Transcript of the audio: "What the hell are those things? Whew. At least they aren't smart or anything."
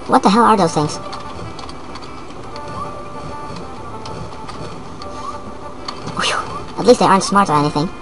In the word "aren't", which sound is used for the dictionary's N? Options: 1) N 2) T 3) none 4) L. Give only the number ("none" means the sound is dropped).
1